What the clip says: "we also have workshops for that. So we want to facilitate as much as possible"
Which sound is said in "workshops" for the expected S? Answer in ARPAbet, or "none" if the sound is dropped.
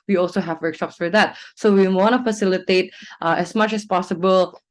S